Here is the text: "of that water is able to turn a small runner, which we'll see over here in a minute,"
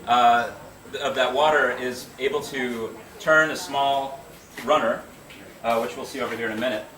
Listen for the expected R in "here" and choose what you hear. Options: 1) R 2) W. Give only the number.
1